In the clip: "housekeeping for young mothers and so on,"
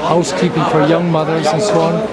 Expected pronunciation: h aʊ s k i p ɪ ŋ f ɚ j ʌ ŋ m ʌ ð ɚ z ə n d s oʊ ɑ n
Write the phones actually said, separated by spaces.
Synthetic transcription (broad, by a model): h aʊ s k i p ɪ ŋ f ɚ j ʌ ŋ m ʌ ð ɚ z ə n s oʊ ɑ n